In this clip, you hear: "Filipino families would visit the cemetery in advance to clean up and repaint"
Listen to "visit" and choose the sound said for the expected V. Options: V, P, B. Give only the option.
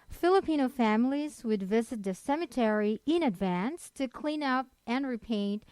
V